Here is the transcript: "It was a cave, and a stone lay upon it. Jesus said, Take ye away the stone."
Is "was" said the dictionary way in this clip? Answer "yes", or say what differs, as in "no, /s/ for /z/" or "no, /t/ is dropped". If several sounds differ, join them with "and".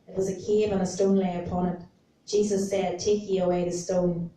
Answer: yes